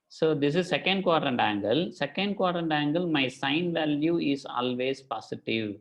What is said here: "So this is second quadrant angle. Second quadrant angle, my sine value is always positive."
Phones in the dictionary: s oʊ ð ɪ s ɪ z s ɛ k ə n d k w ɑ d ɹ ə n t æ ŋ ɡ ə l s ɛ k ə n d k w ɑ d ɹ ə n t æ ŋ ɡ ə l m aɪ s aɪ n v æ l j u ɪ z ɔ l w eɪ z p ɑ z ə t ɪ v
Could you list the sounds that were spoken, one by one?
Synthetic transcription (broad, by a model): s oʊ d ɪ s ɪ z s ɛ k ə n d k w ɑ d ɹ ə n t æ ŋ ɡ ə l s ɛ k ə n d k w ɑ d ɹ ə n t æ ŋ ɡ ə l m aɪ s aɪ n v æ l j u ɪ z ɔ l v eɪ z p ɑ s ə t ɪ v